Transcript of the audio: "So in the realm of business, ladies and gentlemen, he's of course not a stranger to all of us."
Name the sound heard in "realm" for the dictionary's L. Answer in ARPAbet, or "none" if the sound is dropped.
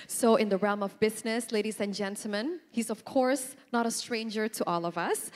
L